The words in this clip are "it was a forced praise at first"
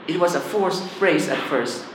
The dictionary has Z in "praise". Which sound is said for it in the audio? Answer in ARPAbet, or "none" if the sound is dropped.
S